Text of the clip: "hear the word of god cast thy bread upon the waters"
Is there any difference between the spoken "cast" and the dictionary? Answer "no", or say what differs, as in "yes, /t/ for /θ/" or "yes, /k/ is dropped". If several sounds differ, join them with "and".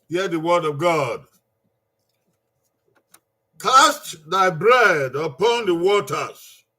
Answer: no